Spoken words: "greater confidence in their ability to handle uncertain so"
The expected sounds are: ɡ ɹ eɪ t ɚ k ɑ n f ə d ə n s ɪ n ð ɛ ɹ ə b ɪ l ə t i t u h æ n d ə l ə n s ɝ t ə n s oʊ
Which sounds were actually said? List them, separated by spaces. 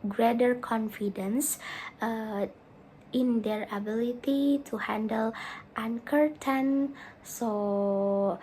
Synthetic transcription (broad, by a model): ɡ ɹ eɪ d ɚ k ɑ n f ə d ə n s ɪ n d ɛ ɹ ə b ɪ l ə t i t u h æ n d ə l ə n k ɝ t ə n s oʊ